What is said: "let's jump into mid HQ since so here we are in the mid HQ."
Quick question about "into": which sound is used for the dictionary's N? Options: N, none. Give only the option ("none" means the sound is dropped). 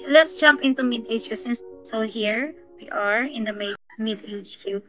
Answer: N